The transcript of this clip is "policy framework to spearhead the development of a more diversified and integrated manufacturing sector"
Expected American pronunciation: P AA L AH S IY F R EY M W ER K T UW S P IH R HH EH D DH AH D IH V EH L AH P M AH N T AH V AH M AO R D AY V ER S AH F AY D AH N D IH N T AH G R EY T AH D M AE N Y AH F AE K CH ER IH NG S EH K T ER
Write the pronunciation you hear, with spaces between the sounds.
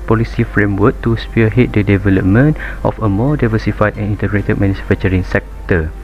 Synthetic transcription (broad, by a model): P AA L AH S IY F R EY M W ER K T UW S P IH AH HH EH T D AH D IH V EH L AH P M AH N T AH F AH M AO D AY V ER S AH F AY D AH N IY N T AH G R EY T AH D M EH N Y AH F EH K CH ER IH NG S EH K T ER